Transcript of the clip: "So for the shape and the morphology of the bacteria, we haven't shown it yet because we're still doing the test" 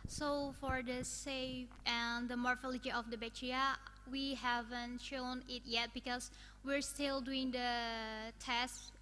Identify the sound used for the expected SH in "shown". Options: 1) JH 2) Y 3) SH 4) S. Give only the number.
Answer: 3